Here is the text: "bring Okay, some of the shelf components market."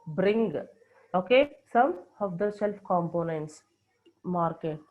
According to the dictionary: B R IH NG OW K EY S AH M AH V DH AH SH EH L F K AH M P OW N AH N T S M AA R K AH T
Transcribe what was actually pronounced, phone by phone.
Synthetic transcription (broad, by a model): B R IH NG OW K EY S AH M AH V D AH S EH L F K AH M P OW N AH N T S M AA R K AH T